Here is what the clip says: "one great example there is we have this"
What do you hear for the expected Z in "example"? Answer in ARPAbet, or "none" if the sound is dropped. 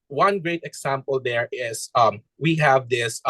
S